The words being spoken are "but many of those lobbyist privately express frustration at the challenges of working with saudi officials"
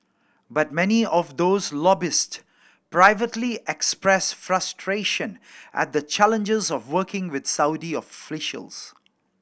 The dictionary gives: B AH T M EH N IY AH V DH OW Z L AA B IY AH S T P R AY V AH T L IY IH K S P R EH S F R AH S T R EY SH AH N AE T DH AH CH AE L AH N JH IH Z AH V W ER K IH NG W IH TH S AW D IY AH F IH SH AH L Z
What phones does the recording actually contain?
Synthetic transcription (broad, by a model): B AH T M EH N IY AH V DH OW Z L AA B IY S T P R AY V AH T L IY IH K S P R EH S F R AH S T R EY SH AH N AE T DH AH CH AE L AH N JH IH Z AH V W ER K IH NG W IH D S AW D IY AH F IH SH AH L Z